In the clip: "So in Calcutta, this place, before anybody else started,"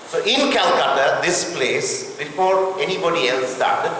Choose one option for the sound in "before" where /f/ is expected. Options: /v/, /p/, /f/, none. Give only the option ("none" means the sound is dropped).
/p/